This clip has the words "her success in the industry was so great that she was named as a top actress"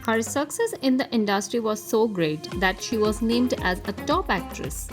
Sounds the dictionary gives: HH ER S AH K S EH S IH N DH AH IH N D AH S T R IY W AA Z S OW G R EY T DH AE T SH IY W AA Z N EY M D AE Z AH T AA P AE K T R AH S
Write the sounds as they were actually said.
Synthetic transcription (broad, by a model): HH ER S AH K S EH S IH N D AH IH N D AH S T R IY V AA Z S OW G R EY T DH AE T SH IY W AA Z N EY M D AE Z AH T AA P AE K T R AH S